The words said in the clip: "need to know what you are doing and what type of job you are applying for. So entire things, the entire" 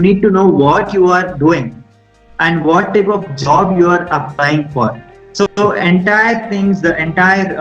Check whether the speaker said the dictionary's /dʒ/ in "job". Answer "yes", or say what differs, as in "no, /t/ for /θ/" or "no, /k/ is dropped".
yes